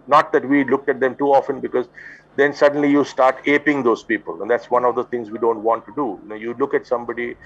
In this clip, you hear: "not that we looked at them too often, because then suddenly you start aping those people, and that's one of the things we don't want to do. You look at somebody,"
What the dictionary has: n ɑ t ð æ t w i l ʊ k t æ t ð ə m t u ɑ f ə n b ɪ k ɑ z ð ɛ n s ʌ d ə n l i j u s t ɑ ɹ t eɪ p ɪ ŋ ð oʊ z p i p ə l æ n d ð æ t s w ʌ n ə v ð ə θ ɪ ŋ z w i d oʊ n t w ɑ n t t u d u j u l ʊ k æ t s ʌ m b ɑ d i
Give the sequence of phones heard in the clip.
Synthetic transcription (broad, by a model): n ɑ t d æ t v i l ʊ k t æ t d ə m t u ɑ f ə n b ɪ k ɑ z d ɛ n s ʌ d ə n l i j u s t ɑ ɹ t eɪ p ɪ ŋ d oʊ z p i p ə l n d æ t s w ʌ n ə v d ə t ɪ ŋ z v i d oʊ n t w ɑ n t t u d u j u l ʊ k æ t s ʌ m b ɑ d i